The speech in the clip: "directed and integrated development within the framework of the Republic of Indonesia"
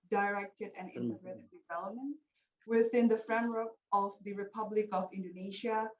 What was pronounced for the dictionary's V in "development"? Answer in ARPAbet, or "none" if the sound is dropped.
V